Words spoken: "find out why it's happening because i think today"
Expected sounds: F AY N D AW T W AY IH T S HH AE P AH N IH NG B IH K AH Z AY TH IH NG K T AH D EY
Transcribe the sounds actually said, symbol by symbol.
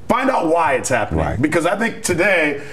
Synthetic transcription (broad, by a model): F AY N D AW T W AY IH T S HH AE P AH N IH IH B IH K AH Z AY TH IH NG K T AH D EY